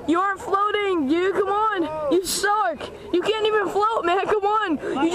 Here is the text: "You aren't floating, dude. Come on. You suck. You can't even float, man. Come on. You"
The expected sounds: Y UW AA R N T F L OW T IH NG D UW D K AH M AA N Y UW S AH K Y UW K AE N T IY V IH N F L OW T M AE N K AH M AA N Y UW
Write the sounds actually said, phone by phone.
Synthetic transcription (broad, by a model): Y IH AA R N T F L OW T IH NG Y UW K AH M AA N Y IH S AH K Y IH K AE N T IY V IH N F L OW T M AE N K AH M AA N Y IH